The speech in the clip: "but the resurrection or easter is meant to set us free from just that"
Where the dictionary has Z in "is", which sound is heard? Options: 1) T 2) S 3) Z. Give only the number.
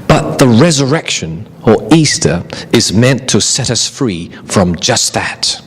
3